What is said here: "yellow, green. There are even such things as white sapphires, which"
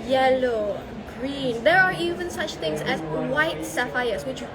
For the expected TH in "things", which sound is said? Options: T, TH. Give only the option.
T